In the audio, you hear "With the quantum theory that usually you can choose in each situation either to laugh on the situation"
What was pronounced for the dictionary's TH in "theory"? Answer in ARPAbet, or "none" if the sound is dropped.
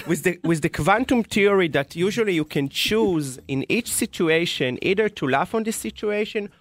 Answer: T